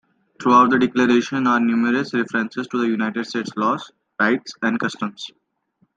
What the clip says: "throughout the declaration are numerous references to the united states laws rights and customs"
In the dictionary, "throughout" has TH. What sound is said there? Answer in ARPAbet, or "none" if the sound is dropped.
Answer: T